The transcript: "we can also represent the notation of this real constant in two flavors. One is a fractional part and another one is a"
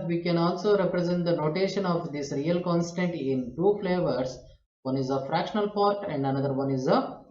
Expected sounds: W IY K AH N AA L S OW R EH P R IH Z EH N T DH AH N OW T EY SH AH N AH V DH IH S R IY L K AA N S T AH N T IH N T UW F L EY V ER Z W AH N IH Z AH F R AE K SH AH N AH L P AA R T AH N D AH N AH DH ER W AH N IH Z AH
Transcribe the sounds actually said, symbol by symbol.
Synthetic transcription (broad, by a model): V IY K AH N AA L S OW R EH P R IH Z EH N T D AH N OW T EY SH AH N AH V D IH S R IY L K AA N S T AH N T IH N T UW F L EY V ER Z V AH N IH Z AH F R AE K SH AH N AH L P AA R T AH N D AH N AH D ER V AH N IH Z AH